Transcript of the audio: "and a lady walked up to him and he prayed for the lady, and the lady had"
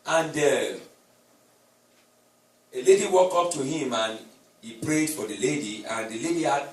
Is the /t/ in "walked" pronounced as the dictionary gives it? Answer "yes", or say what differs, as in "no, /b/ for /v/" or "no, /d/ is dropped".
no, /t/ is dropped